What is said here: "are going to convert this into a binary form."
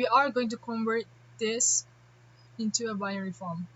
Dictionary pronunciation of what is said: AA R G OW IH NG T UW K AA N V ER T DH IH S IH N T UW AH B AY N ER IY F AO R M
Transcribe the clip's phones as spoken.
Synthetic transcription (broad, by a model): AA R G OW IH NG T UW K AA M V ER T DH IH S IH N T UW AH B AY ER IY F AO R M